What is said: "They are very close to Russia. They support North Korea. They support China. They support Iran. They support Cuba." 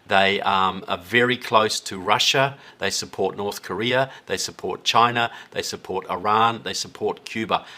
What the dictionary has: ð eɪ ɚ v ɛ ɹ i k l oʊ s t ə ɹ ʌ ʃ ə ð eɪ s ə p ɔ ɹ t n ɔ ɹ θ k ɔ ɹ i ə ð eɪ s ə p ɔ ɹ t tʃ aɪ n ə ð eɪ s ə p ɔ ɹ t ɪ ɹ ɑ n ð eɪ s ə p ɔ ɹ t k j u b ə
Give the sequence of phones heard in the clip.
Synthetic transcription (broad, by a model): ð eɪ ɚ v ɛ ɹ i k l oʊ s t ə ɹ ʌ ʃ ə ð eɪ s ə p ɔ ɹ t n ɔ ɹ θ k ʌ ɹ i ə ð eɪ s ə p ɔ ɹ t tʃ aɪ n ə ð eɪ s ə p ɔ ɹ t ɪ ɹ ɑ n ð eɪ s ə p ɔ ɹ t k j u b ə